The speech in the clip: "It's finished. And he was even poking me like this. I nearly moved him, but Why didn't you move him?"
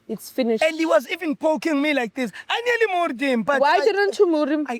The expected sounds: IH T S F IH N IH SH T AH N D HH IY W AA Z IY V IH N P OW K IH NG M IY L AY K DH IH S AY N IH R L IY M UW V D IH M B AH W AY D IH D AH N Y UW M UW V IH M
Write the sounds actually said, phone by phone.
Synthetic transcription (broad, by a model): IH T S F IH N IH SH AH N D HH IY W AA Z IY V IH N P OW K IH NG M IY L AY K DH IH S AY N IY L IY M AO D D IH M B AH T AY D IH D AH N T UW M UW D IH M